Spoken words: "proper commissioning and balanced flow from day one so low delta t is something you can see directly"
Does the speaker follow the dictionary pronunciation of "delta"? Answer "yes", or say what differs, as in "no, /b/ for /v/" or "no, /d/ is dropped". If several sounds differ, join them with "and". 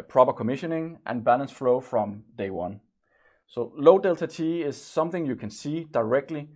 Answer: yes